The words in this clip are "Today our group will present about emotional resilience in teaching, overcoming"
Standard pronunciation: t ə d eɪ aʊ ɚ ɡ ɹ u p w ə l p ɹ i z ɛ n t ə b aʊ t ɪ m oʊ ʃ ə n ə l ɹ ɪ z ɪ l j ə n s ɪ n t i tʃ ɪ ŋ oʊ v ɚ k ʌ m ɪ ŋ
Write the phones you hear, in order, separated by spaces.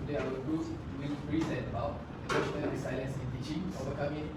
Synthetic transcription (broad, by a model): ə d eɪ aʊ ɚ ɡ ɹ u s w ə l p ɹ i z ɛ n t ə b aʊ t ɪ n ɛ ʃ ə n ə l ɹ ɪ s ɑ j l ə n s ɪ n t i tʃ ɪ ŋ oʊ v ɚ k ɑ m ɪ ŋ